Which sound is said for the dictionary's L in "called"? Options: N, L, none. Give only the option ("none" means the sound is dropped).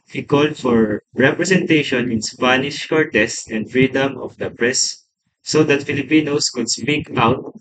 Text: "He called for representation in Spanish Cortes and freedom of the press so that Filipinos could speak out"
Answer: L